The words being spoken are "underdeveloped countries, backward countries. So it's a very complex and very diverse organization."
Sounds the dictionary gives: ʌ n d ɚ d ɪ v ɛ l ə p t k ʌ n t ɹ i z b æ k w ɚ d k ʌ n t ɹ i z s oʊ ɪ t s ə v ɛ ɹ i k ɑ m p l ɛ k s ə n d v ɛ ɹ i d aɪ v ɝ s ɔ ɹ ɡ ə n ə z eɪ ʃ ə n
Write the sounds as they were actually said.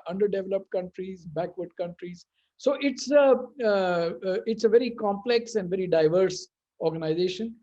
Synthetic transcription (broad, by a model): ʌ n d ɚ d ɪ v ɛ l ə p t k ʌ n t ɹ i z b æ k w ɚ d k ʌ n t ɹ i z s oʊ ɪ t s ə v ɛ ɹ i k ɑ m p l ɛ k s ə n d v ɛ ɹ i d aɪ v ɝ s ɔ ɹ ɡ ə n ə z eɪ ʃ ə n